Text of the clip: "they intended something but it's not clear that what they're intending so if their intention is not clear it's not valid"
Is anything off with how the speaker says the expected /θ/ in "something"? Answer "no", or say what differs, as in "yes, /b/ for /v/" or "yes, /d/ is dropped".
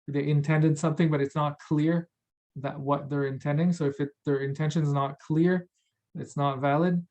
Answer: no